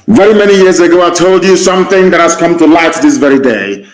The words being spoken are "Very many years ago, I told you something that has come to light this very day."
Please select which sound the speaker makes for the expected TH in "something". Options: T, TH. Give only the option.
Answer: TH